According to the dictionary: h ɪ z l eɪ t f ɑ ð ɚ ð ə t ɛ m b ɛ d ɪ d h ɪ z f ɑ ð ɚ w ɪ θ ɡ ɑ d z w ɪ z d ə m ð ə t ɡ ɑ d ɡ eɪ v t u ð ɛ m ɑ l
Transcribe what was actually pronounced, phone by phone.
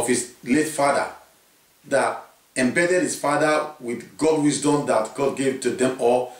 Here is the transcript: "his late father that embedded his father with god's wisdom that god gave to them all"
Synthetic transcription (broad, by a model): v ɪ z l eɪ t f ɑ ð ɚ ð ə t ɛ m b ɛ d ɪ d h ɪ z f ɑ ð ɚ w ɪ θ ɡ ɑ d w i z d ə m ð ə t ɡ ɑ d ɡ eɪ v t u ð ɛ m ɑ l